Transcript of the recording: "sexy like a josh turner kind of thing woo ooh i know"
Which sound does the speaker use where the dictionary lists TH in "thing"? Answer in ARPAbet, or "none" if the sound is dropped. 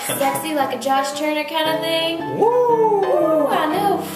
TH